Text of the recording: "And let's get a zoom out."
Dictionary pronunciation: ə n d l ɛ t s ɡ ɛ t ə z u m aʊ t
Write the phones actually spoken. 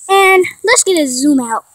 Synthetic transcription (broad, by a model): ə n l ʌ t s ɡ ɛ t ə z u m aʊ t